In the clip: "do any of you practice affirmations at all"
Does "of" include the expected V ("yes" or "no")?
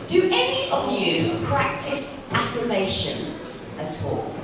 yes